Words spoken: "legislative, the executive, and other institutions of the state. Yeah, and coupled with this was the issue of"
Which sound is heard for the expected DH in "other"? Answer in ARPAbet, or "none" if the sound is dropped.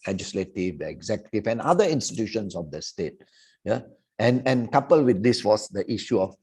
none